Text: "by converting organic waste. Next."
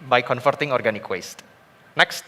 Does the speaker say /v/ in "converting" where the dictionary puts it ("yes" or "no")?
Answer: no